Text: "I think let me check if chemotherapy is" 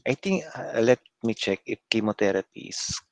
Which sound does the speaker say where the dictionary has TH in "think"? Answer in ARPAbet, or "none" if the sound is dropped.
T